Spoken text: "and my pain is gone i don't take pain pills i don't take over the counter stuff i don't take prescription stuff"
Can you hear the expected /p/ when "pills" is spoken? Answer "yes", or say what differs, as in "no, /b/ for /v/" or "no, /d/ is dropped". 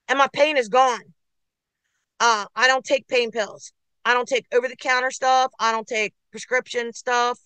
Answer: yes